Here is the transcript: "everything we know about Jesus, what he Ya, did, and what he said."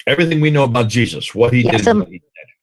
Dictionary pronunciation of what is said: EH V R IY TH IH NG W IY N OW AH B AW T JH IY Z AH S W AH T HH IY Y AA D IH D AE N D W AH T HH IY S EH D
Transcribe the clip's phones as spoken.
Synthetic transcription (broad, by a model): EH V R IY TH IH NG W IY N OW AH B AW T JH IY Z AH S W AH T HH IY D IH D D W AH T HH IY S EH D